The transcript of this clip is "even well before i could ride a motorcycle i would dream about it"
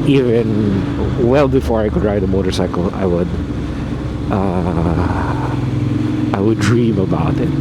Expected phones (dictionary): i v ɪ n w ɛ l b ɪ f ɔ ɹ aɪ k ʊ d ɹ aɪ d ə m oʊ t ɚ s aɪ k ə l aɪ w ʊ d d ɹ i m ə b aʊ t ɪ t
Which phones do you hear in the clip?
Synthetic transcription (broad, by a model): i v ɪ n w ɛ l b ɪ f ɔ ɹ aɪ k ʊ d ɹ aɪ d ə m oʊ t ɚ s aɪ k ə w aɪ w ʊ d d ɹ i m ə b aʊ t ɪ t